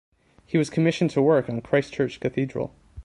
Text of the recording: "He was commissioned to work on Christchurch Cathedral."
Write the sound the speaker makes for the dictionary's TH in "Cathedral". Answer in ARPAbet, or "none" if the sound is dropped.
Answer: TH